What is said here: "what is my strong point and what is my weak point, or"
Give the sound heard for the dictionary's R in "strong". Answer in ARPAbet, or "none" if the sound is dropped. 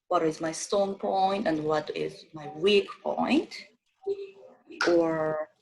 none